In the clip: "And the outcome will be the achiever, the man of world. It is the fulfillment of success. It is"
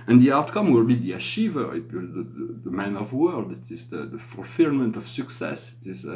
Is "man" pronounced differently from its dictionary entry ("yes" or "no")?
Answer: no